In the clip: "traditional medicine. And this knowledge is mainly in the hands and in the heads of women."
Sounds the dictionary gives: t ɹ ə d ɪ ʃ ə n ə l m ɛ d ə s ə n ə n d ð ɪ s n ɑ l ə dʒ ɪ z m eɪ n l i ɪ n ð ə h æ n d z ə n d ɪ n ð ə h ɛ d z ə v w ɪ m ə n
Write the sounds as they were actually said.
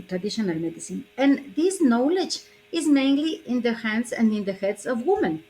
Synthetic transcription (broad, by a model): t ɹ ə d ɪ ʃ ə n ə l m ɛ d ə s ə n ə n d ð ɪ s n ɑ l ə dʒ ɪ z m eɪ n l i ɪ n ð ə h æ n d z ə n d ɪ n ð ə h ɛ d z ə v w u m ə n